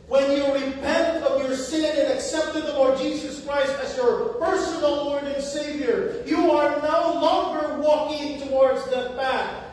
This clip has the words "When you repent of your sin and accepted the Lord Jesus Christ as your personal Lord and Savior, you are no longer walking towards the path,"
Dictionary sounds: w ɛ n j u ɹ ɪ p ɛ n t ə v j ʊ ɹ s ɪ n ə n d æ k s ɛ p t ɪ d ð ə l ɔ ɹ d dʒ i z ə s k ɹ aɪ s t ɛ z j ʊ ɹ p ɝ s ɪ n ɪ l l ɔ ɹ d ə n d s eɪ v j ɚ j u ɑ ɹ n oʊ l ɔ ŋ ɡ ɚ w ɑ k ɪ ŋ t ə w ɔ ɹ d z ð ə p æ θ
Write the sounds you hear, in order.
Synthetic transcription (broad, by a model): w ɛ n j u ɹ ɪ p ɛ n t ə v j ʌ ɹ s ɪ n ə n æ k s ɛ p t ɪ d ð ə l ɔ ɹ d dʒ i z ə s k ɹ aɪ s t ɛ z j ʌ ɹ p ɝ s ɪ n l l ɔ ɹ d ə n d s eɪ v j ɚ j u ɑ ɹ n oʊ l ɔ ŋ ɡ ɚ w ɑ k ɪ ŋ t ə w ɔ ɹ d z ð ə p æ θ